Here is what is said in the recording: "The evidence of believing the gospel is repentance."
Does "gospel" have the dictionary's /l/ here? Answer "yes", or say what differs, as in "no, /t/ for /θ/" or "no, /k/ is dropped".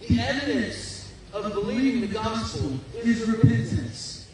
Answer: no, /n/ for /l/